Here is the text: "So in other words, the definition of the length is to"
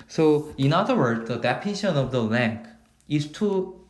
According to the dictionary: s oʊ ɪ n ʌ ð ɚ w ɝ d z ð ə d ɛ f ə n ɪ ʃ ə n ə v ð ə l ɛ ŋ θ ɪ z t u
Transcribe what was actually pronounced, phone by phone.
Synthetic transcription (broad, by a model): s oʊ ɪ n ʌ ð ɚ w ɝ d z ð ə d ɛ p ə n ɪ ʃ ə n ə v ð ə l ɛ ŋ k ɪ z t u